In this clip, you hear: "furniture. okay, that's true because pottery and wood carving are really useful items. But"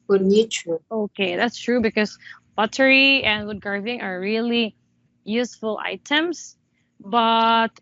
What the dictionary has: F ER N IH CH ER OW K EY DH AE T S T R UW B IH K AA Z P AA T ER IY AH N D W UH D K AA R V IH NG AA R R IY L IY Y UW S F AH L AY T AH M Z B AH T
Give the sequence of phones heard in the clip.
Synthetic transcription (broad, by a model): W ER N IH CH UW OW K EY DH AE T S T R UW B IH K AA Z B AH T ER IY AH N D W UH D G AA R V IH NG AA R R IY L IY Y UW S F AH L AY T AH M S B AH T